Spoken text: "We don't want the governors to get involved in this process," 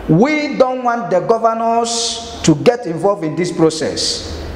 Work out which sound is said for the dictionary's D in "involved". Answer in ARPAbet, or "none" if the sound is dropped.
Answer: none